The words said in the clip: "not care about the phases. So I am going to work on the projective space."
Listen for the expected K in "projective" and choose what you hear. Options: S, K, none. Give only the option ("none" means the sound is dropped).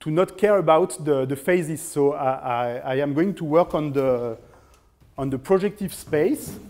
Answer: K